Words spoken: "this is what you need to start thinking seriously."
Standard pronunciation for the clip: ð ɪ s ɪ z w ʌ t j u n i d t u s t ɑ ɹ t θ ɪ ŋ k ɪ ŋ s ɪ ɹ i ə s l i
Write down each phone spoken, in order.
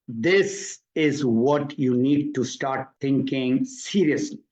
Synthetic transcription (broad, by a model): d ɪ s ɪ z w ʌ t j u n i d t u s t ɑ ɹ t t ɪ ŋ k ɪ ŋ s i ɹ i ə s l i